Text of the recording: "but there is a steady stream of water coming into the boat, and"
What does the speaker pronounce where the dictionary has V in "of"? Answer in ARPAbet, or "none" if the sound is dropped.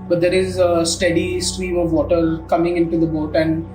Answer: V